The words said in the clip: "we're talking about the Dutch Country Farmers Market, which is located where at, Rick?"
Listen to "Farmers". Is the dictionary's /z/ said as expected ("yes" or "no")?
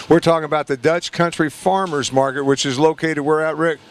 yes